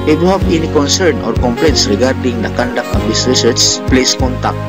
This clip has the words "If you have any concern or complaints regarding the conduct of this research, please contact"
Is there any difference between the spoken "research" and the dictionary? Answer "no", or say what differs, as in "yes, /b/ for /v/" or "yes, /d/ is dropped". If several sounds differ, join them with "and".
yes, /s/ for /tʃ/